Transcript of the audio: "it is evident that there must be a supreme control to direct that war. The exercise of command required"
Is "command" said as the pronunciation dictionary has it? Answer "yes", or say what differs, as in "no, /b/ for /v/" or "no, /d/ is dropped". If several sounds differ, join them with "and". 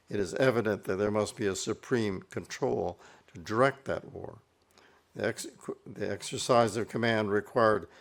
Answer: yes